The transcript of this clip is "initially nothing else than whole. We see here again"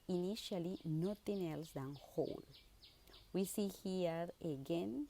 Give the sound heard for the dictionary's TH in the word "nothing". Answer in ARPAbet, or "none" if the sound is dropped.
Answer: T